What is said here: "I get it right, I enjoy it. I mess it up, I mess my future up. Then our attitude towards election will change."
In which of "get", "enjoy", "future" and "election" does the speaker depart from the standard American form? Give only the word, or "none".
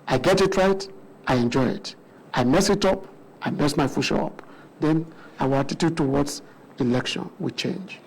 future